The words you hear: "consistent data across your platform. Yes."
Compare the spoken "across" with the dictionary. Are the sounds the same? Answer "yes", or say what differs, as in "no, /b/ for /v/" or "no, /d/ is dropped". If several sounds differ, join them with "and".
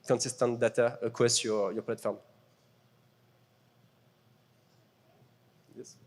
no, /w/ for /ɹ/